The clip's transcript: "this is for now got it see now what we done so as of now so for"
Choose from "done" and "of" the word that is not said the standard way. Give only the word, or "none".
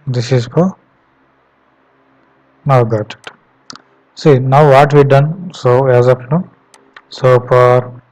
of